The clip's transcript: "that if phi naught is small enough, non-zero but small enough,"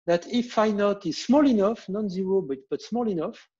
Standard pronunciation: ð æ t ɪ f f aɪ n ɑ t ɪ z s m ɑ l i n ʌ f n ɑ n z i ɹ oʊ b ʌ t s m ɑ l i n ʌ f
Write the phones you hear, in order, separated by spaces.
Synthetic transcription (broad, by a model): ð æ t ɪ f f aɪ n ɑ t ɪ z s m ɑ l i n ʌ f n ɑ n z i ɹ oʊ b ʌ t s m ɑ l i n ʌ f